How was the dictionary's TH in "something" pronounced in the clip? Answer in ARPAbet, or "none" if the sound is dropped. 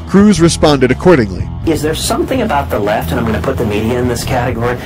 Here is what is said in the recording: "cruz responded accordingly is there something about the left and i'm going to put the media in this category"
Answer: TH